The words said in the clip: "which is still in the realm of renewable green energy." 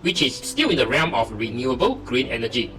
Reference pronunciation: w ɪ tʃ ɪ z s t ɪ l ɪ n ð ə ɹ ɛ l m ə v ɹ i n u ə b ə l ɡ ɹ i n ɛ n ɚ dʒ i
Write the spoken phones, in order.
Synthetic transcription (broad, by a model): w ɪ tʃ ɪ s t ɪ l ɪ n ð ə ɹ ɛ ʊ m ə f ɹ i n u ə b ə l ɡ ɹ i n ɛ n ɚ dʒ i